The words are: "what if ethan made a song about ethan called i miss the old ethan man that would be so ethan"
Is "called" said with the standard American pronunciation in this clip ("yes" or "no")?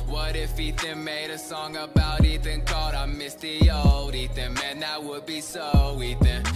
no